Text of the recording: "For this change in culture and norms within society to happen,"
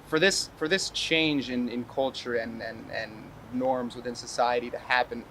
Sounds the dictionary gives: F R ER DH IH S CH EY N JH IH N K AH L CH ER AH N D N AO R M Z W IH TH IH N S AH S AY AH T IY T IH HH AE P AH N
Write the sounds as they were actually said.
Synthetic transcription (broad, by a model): F R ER DH IH S CH EY N JH IH N K AH L CH ER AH N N N AO R M Z W IH TH IH N S AH S AY AH T IY T IH HH AE P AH N